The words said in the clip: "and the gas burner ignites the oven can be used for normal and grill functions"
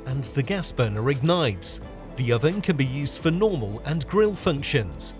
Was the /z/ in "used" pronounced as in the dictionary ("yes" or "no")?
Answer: yes